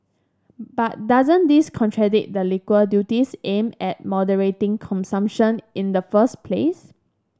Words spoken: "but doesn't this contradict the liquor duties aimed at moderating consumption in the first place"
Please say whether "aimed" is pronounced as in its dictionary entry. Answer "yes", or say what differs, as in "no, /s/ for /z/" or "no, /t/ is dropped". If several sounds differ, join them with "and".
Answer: no, /d/ is dropped